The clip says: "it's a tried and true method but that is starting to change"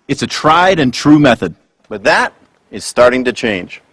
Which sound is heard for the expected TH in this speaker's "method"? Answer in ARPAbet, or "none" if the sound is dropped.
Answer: TH